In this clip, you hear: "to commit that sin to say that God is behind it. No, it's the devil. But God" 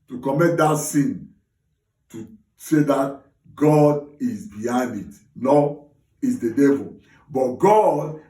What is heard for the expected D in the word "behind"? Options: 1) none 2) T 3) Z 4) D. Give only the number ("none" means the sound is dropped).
1